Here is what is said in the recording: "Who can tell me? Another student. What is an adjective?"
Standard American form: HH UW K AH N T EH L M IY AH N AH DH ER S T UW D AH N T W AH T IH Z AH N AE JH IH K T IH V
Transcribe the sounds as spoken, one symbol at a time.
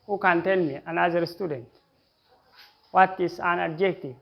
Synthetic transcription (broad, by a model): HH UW K AH N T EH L M IY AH N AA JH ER S T UW D AH N T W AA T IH S AH N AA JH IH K T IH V